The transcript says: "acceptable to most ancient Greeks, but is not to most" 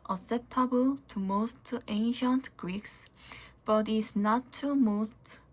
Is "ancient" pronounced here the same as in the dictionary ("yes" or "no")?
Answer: yes